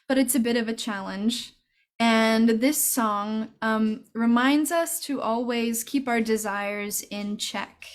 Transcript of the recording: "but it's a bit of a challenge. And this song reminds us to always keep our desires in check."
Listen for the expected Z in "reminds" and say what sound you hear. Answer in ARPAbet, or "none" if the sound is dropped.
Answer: Z